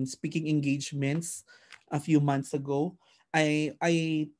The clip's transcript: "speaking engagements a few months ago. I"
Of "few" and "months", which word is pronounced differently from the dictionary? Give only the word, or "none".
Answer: months